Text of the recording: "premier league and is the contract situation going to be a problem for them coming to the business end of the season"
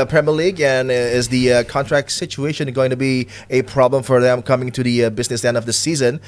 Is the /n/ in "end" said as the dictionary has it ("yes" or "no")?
yes